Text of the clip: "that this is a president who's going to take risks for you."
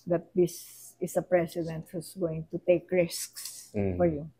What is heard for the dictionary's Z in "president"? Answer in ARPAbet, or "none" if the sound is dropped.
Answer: S